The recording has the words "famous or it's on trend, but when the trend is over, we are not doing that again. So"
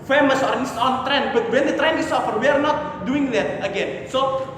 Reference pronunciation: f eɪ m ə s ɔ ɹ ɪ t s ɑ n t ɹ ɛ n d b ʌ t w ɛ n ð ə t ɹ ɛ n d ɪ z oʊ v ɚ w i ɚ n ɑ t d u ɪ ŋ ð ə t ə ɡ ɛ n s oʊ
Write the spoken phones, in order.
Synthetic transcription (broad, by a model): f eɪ m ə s ɔ ɹ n s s ɑ n t ɹ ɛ n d b ʌ t w ɛ n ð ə t ɹ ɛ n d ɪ s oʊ f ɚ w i ɚ n ɑ t d u ɪ ŋ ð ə t ə ɡ ɛ n s oʊ